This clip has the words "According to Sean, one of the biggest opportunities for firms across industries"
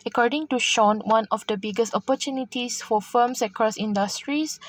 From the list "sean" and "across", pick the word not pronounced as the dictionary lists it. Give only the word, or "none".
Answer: none